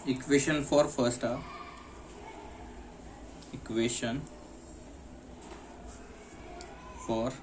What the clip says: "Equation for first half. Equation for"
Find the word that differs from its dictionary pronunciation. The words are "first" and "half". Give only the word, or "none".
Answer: half